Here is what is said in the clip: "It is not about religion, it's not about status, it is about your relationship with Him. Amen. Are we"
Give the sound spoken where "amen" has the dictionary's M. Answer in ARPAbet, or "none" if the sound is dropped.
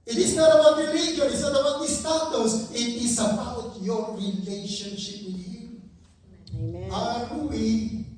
none